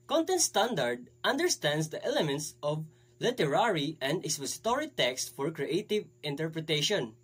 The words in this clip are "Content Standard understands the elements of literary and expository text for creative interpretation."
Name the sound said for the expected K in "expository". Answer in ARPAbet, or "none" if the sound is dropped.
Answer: none